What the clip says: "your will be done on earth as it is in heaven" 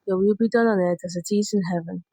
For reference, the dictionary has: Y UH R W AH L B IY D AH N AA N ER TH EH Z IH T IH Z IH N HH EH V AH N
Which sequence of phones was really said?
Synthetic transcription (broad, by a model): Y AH W AH L B IY D AH N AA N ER T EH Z IH T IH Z IH N HH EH V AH N